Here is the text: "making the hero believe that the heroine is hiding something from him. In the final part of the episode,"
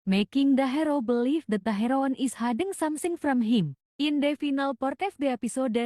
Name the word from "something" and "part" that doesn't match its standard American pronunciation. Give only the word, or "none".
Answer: something